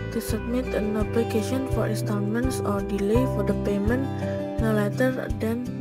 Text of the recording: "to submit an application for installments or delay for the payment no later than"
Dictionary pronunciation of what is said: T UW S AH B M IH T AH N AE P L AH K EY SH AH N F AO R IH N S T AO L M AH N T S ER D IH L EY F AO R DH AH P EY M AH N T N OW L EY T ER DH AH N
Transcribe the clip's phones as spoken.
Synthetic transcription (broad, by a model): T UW S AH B M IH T AH N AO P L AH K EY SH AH N F AO R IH N S T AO N M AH N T S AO D IH L EY F AO R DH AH P EY M AH N T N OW L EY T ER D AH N